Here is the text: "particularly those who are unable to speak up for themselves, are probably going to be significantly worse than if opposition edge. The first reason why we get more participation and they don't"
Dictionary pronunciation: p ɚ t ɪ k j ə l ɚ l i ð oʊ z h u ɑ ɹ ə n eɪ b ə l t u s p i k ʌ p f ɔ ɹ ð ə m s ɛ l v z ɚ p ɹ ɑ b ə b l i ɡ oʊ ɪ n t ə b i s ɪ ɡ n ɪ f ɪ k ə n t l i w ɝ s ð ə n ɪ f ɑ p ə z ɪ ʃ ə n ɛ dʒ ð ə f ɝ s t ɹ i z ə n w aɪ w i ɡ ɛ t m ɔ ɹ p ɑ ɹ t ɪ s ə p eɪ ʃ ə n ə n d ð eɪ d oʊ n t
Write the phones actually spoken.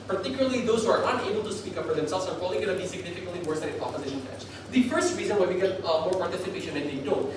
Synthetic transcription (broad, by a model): p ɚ t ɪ k j l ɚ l i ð oʊ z h u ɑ ɹ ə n eɪ b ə l t u s p i k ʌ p f ɔ ɹ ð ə m s ɛ l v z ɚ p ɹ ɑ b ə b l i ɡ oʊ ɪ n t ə b i s ɪ ɡ n ɪ f ɪ k ə n t l i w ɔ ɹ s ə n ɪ p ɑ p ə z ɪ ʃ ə n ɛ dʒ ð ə f ɝ s t ɹ i z ə n w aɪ w i ɡ ɛ t m ɔ ɹ p ɑ ɹ t ɪ s ə p eɪ ʃ ə n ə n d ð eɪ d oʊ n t